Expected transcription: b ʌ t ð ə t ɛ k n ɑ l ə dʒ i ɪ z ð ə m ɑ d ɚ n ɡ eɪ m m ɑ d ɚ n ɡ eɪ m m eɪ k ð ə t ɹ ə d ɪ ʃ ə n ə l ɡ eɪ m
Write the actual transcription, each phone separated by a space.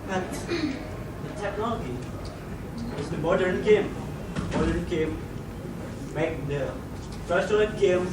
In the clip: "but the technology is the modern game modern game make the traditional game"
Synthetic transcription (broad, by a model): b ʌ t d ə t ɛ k n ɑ l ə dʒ i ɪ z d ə m ɑ d ɚ n ɡ eɪ m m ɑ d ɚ n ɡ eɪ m m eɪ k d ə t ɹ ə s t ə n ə n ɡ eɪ m